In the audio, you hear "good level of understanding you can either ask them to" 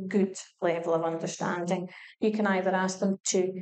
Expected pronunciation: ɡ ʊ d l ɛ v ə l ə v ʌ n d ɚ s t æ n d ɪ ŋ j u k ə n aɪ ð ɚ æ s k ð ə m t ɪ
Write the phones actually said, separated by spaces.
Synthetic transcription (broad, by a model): ɡ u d l ɛ v ə l ə v ʌ n d ɚ s t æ n d ɪ ŋ j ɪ k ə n aɪ ð ɚ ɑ s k ð ə m t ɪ